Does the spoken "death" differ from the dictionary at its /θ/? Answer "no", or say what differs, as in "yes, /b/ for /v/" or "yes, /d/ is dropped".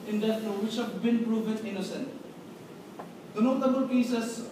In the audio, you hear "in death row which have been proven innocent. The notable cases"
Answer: yes, /t/ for /θ/